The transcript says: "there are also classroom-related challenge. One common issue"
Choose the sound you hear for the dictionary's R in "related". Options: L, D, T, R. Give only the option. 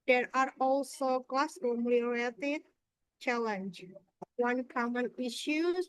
L